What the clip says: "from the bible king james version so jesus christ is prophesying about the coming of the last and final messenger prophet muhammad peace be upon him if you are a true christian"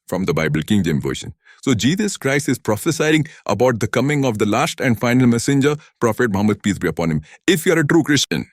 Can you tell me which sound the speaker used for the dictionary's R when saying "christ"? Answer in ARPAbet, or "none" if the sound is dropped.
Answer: R